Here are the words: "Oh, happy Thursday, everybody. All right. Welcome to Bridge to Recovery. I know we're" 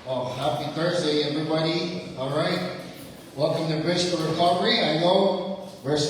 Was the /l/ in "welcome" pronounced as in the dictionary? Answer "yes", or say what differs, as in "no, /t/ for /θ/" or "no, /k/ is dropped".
no, /l/ is dropped